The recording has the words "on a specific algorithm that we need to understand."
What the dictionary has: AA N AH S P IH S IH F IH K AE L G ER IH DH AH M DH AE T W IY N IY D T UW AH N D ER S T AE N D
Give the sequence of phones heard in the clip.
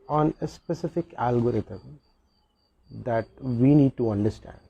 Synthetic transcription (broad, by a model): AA N AH S P IH S IH F IH K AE L G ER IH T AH M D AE T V IY N IY D T UW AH N D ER S T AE N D